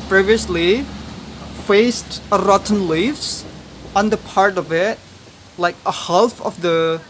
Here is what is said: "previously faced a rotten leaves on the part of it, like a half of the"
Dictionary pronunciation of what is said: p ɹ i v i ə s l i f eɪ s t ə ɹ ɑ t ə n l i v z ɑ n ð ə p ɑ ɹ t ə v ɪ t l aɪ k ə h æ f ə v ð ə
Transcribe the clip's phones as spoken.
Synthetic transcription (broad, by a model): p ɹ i v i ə s l i f eɪ s t ə ɹ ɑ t n l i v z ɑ n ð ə p ɑ ɹ t ə v ɪ t l aɪ k ə h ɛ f ə v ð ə